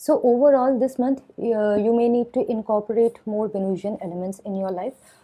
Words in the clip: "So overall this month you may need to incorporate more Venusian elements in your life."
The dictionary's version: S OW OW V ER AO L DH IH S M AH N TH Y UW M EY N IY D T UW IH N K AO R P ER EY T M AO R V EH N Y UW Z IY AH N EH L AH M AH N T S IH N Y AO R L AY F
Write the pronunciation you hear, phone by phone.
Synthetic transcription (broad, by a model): S OW OW V ER AO L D IH S M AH N T Y UW M EY N IY D T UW IH N K AO R P ER EY T M AO R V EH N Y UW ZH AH N EH L AH M AH N T S IH N Y AO R L AY F